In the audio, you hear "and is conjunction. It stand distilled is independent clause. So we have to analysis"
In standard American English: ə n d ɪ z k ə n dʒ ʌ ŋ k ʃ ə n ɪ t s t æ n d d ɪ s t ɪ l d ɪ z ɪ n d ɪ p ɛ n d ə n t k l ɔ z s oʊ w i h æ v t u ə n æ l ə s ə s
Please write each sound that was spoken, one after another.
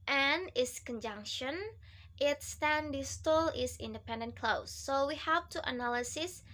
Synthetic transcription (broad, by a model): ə n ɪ s k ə n dʒ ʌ ŋ k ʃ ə n ɪ t s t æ n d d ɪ s t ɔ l ɪ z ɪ n d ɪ p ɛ n d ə n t k l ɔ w s oʊ w i h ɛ p t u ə n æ l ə s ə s